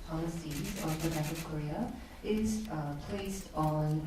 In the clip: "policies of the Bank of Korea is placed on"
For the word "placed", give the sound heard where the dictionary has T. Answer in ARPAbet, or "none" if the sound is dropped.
T